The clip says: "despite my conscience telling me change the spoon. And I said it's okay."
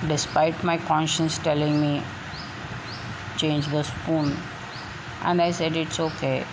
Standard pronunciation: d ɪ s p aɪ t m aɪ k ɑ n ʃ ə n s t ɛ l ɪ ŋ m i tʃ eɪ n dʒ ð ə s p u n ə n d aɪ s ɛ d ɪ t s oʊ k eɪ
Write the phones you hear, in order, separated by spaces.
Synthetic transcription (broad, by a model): d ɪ s p aɪ t m aɪ k ɑ n ʃ ə n s t ɛ l ɪ ŋ m i tʃ eɪ n dʒ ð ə s p u n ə n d aɪ s ɛ d ɪ t s oʊ k eɪ